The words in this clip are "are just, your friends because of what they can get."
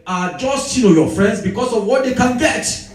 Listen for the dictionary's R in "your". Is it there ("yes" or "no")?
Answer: no